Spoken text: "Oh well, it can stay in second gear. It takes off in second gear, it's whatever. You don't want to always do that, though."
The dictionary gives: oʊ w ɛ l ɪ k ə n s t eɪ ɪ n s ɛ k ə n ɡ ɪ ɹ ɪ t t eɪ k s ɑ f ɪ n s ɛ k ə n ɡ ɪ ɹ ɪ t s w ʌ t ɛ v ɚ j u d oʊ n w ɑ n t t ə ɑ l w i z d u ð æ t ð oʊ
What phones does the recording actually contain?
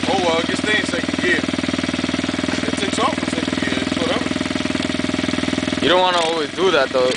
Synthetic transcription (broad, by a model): oʊ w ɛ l ɪ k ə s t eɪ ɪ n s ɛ ə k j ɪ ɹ ɪ t s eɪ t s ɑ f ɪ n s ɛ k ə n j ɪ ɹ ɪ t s w ʌ t ɛ v ɚ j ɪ d oʊ n w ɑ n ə ɑ l w i z d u ð æ t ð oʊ